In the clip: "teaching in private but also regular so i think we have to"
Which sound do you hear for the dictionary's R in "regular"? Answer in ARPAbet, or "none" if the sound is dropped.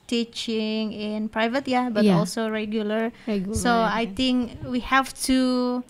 R